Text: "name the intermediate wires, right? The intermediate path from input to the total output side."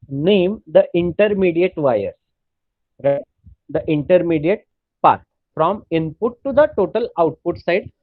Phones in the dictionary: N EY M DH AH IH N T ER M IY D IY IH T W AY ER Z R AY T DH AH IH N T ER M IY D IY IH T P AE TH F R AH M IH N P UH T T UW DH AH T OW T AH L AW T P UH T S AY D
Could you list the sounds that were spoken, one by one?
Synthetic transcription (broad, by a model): N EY M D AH IH N T ER M IY D IY IH T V AY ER R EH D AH IH N T ER M IY D IY IH T P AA T F R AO M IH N P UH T T UW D AH T OW T AH L AW T P UH T S AY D